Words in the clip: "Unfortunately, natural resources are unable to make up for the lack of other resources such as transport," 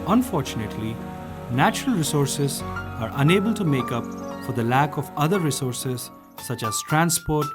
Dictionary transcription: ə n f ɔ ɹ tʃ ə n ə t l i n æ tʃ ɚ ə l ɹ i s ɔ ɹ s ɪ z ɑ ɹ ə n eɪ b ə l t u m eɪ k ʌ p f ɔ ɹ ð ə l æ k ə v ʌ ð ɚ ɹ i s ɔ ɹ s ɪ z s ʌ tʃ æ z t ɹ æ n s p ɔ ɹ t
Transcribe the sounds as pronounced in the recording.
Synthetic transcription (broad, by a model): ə n f ɔ ɹ tʃ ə n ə t l i n æ tʃ ɚ ə l ɹ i s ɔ ɹ s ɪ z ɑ ɹ ə n eɪ b ə l t u m eɪ k ʌ p f ɔ ɹ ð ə l æ k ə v ʌ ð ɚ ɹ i s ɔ ɹ s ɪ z s ʌ tʃ æ z t ɹ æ n s p ɔ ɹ t